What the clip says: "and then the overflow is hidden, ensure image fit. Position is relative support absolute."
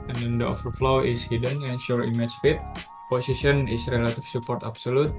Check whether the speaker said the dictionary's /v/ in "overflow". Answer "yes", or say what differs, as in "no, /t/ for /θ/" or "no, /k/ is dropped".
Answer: no, /f/ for /v/